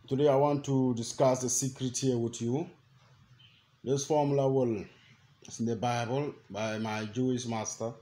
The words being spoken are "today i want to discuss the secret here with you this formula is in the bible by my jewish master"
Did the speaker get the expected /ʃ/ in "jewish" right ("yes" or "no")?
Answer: no